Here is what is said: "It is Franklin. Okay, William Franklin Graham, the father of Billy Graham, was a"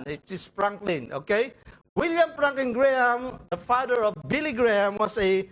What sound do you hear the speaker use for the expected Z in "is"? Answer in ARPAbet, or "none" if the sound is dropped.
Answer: S